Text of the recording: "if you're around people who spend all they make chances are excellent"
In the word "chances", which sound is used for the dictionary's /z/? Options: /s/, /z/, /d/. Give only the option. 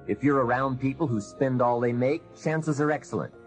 /z/